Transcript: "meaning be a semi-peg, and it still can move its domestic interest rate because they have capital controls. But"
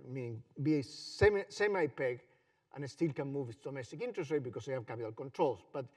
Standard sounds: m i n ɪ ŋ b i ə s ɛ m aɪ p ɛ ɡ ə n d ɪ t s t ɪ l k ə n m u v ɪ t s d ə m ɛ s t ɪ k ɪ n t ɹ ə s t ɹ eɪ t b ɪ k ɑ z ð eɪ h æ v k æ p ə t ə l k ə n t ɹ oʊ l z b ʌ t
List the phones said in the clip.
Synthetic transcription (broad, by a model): m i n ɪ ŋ b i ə s ɛ m aɪ p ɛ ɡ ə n ɪ t s t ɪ l k ə n m u v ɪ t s d ə m ɛ s t ɪ k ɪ n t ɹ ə s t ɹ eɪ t b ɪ k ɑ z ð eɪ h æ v k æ p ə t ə l k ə n t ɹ oʊ l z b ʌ t